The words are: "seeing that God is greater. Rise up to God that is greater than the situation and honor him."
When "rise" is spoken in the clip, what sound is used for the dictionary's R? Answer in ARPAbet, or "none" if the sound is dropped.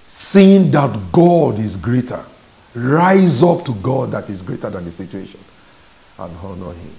R